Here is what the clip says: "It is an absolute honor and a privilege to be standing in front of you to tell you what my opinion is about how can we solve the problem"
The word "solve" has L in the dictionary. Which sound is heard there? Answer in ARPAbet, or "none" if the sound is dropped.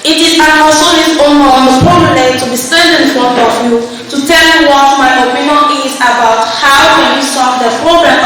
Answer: none